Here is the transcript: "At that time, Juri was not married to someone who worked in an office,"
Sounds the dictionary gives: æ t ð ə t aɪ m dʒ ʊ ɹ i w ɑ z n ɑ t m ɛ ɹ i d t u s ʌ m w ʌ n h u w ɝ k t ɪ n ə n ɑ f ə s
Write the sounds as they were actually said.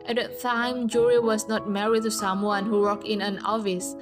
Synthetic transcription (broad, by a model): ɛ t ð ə t aɪ m dʒ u ɹ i w ɑ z n ɑ t m ɛ ɹ i d t u s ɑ m w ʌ n h u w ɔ k ɪ n ə n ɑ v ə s